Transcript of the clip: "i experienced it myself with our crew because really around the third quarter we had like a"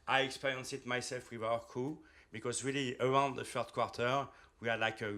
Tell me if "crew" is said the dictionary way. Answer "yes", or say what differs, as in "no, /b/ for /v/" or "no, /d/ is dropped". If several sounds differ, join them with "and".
no, /ɹ/ is dropped